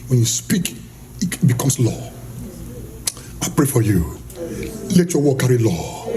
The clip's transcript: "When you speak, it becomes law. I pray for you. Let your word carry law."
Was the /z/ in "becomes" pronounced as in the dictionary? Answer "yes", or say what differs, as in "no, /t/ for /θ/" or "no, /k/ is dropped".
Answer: no, /s/ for /z/